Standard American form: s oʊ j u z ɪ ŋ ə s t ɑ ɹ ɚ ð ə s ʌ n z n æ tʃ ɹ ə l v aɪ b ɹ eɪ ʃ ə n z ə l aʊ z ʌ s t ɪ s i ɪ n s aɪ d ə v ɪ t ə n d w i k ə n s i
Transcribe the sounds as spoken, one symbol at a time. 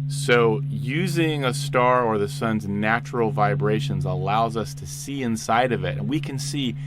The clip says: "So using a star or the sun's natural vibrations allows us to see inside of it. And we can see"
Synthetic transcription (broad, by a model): s oʊ j u z ɪ ŋ ə s t ɑ ɹ ɚ ð ə s ʌ n z n æ tʃ ɹ l v aɪ b ɹ eɪ ʃ ə n z ə l aʊ z ʌ s t ɪ s i ɪ n s aɪ d ə v ɪ t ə n w i k ə n s i